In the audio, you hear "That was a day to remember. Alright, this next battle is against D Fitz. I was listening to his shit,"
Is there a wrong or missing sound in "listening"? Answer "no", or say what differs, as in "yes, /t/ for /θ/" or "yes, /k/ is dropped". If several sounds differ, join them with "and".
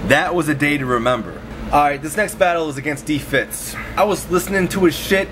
no